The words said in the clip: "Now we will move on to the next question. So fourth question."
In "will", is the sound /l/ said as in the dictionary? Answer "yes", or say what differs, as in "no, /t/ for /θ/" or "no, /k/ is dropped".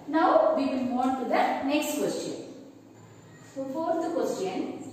no, /n/ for /l/